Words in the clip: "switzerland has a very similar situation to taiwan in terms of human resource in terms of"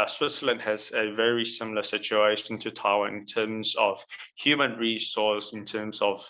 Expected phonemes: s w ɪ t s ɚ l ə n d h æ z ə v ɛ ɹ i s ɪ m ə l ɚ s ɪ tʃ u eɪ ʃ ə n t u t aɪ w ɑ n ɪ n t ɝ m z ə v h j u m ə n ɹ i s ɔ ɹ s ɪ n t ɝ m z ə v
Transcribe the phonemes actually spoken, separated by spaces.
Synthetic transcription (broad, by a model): s w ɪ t s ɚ l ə n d h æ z ə v ɛ ɹ i s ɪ m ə l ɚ s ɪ tʃ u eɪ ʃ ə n t u t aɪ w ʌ ɪ n t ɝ m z ə v h j u m ə n ɹ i s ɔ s ɪ n t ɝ m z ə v